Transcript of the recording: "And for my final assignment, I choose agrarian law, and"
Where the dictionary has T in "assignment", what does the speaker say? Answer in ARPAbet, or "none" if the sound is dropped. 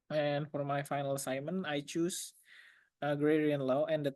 none